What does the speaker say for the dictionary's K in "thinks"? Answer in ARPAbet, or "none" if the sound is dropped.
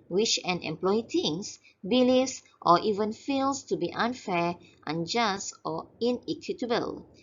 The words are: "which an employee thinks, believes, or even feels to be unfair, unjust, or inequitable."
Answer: none